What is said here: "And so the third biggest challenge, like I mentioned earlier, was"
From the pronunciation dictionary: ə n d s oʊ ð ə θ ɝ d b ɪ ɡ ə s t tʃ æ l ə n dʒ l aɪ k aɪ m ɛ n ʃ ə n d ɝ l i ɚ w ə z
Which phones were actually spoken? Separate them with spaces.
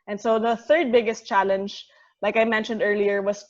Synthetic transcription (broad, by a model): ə n s oʊ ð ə θ ɝ d b ɪ ɡ ə s t tʃ æ l ə n dʒ l aɪ k aɪ m ɛ n ʃ ə n d ɝ l i ɚ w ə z